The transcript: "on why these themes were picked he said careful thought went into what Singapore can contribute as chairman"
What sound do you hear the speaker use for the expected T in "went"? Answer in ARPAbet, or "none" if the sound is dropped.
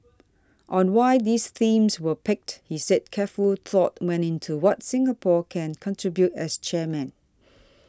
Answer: none